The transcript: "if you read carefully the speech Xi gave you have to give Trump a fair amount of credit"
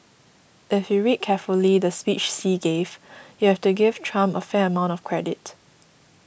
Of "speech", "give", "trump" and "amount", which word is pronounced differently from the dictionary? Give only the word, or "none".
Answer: trump